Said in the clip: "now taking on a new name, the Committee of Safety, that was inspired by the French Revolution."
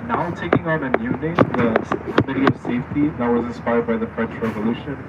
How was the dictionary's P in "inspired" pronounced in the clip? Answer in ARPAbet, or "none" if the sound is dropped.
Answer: P